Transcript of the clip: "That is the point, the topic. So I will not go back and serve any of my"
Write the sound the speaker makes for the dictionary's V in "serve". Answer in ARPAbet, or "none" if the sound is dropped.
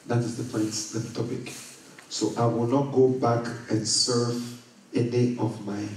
V